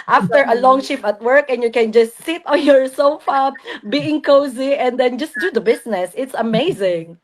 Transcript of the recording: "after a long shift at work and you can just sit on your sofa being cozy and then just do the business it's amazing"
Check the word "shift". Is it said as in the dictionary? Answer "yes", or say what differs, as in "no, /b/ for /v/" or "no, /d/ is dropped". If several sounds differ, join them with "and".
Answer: no, /t/ is dropped